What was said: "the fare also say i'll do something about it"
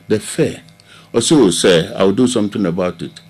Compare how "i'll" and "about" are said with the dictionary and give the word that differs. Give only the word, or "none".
i'll